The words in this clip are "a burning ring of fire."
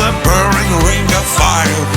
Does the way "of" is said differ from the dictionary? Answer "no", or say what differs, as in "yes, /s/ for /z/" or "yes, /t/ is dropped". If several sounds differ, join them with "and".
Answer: yes, /p/ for /v/